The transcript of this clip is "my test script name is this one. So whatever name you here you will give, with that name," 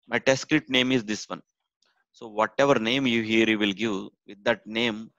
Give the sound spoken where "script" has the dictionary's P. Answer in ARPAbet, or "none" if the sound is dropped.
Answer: none